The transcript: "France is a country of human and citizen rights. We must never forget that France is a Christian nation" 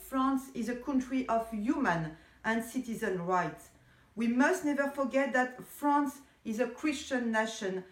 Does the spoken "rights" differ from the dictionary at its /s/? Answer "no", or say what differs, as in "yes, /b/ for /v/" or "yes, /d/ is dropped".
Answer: no